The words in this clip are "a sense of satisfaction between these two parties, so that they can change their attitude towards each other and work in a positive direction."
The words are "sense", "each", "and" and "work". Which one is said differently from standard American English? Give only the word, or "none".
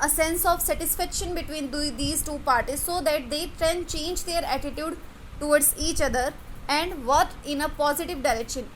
work